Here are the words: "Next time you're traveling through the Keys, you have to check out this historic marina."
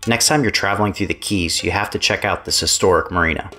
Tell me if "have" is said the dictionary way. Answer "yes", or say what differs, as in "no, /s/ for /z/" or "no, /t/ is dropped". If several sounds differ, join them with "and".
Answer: no, /f/ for /v/